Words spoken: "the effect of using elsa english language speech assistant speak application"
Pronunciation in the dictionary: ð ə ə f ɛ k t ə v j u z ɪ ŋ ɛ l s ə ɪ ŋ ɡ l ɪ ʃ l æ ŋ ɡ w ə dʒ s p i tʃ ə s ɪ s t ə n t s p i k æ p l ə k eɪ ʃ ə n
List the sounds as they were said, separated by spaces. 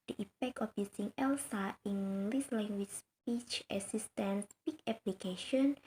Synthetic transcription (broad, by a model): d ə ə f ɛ k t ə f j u s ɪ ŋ ɛ l s ə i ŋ ɡ l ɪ s l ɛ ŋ ɡ w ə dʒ s p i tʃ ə s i s t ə n s p i k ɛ p l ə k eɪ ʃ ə n